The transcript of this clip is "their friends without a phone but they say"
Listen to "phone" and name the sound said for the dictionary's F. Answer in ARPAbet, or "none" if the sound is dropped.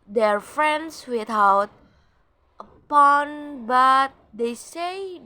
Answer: P